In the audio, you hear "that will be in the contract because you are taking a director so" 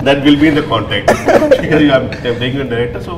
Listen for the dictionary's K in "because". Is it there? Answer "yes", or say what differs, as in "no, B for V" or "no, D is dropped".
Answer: no, K is dropped